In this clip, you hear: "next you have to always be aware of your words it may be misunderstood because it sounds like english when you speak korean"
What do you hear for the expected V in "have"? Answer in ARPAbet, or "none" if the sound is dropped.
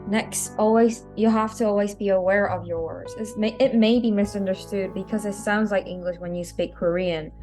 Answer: F